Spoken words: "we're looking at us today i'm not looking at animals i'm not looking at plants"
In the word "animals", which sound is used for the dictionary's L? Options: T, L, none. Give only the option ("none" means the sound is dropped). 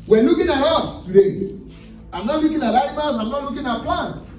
none